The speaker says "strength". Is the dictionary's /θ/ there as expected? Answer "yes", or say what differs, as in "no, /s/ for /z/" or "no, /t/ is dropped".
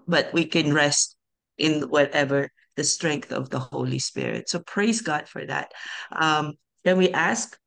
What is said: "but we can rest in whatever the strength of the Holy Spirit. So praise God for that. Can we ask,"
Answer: yes